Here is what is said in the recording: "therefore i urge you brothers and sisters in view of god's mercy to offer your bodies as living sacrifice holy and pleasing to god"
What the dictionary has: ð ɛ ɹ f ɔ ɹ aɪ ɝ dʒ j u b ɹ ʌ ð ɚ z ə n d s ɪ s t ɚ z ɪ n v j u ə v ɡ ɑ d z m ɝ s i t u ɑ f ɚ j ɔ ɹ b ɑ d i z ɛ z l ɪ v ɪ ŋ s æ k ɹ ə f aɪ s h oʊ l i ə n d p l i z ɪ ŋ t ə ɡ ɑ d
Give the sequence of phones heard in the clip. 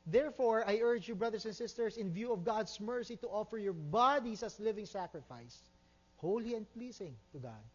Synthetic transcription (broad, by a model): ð ɛ ɹ f ɔ ɹ aɪ ɝ dʒ j u b ɹ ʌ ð ɚ s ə n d s ɪ s t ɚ s ɪ n v j u ə v ɡ ɑ d s m ɝ s i t u ɑ f ɚ j ɔ ɹ b ɑ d i s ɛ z l ɪ v ɪ ŋ s æ k ɹ ə f aɪ s h oʊ l i ə n d p l i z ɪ ŋ t ə ɡ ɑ d